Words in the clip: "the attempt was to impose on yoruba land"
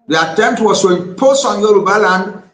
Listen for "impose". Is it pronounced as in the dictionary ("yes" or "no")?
no